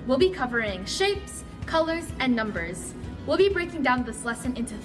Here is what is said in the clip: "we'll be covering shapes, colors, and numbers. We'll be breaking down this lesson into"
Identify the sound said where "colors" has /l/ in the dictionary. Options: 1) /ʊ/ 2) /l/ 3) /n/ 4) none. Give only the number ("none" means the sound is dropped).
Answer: 2